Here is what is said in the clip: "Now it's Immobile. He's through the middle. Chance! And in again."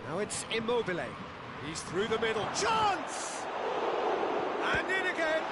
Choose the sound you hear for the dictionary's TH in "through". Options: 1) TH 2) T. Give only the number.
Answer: 1